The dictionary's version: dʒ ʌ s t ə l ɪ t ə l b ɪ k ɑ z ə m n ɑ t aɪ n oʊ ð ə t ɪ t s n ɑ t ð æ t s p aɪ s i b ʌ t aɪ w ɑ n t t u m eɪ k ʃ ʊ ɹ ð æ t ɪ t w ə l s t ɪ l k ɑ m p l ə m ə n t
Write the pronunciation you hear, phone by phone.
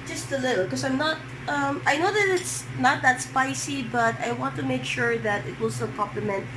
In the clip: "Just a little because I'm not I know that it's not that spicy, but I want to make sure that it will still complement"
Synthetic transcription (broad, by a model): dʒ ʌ s t ə l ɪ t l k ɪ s ɑ ə m n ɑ t aɪ n oʊ ð ə t ɪ t s n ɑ t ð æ t s p aɪ s i b ʌ t aɪ w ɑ n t t u m eɪ k ʃ ʊ ɹ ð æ t ɪ t w ə l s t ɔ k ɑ m p l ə m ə n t